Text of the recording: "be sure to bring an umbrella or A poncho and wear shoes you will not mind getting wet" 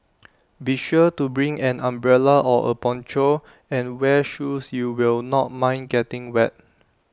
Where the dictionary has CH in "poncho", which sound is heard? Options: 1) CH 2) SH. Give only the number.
1